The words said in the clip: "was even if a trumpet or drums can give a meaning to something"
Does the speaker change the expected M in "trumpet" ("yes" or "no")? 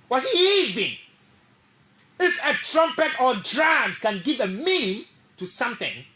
no